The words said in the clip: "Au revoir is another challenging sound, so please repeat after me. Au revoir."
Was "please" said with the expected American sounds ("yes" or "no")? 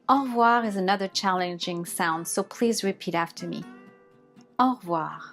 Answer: yes